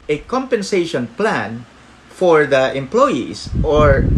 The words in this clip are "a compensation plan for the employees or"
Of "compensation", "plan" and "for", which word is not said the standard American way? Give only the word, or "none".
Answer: none